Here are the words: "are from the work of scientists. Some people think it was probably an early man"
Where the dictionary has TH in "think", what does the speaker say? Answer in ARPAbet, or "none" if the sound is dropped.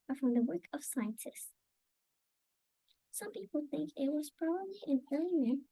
TH